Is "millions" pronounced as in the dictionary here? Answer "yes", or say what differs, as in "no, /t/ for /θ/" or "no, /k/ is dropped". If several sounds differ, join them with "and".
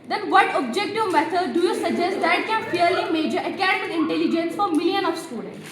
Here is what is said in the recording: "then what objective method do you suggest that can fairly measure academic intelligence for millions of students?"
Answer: no, /z/ is dropped